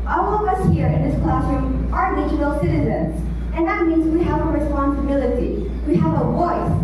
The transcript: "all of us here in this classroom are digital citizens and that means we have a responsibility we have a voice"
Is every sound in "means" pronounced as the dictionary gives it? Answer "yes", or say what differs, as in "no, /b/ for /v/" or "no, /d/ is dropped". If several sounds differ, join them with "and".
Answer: yes